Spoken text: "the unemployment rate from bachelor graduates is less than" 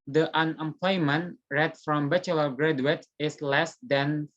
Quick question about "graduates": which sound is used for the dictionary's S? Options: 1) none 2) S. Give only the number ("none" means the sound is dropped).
1